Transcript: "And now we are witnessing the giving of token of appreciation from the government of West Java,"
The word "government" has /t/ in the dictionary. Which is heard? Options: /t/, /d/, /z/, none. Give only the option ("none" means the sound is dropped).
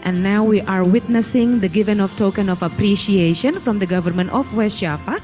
/t/